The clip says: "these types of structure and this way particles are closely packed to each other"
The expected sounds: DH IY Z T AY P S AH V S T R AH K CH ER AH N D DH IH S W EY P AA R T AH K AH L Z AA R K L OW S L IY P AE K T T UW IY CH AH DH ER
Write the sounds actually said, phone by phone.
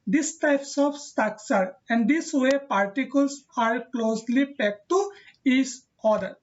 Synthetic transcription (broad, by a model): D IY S T AY P S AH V S T AH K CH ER AH N D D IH S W EY P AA R T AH K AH L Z AA R K L OW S L IY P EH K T T UW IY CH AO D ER